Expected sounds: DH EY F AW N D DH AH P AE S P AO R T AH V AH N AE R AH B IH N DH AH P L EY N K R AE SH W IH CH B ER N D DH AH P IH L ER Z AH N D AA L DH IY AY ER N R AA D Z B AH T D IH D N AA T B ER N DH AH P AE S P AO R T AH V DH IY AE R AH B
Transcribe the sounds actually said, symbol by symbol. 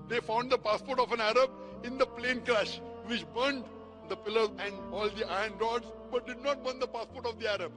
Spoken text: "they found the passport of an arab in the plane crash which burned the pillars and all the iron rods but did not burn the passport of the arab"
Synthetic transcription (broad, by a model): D EY F AW N D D AH P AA S P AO R T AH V AH N AE R AH B IH N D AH P L EY N K R AE SH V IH CH B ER N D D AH P IH L ER Z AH N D AA L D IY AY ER N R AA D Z B AH T D IH D N AA T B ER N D AH P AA S P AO R T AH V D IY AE R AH B